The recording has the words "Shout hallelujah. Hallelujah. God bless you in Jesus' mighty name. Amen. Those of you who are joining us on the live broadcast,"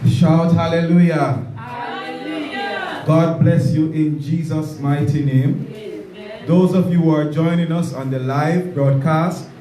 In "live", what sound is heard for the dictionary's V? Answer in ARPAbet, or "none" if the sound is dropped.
V